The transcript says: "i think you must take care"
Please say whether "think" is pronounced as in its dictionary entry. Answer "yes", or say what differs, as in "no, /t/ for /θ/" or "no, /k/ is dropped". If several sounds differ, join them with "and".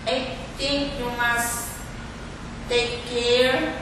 no, /t/ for /θ/